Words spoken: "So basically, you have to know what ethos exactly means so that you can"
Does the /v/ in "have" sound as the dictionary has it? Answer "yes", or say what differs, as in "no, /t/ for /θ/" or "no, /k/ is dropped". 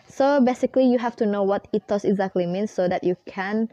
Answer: no, /f/ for /v/